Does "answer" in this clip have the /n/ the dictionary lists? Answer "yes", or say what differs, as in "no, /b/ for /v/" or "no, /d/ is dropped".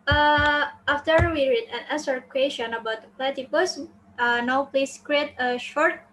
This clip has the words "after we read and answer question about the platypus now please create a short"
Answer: no, /n/ is dropped